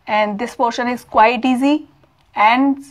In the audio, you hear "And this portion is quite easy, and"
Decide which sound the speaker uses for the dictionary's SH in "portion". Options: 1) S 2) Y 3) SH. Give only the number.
3